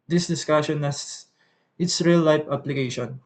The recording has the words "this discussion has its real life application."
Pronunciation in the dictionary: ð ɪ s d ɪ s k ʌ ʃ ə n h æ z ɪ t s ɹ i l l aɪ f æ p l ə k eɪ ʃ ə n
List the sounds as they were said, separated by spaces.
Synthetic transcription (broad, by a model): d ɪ s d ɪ s k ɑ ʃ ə n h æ s ɪ t s ɹ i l l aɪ p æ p l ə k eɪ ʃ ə n